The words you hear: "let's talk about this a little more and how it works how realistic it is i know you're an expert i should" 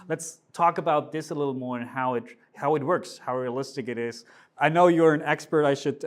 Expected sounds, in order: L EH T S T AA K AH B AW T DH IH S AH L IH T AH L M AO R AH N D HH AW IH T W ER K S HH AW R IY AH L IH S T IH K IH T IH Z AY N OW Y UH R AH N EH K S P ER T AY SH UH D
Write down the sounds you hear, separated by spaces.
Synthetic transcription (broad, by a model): L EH T S T AA K AH B AW T DH IH S AH L IH T L M AO R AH N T HH AW IH T W ER K S HH AW R IY AH L IH S T IH K IH T IH Z AY N OW Y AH R AH N EH K S P ER T AY SH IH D